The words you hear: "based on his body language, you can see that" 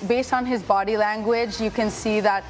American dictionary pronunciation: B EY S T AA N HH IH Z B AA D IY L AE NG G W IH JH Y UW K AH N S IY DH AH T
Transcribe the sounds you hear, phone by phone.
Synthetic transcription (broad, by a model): B EY S T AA N HH IH Z B AA D IY L AE NG G W IH JH Y UW K AH N S IY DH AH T